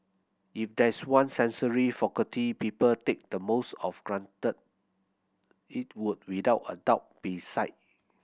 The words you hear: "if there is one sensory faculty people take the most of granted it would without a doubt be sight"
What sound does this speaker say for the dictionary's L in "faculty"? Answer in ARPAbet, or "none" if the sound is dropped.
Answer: none